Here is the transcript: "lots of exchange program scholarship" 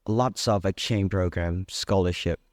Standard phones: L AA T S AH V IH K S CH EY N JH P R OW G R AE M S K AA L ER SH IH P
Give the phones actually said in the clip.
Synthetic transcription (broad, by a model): L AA T S AH V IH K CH EY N P R OW G R AE M S K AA L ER SH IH P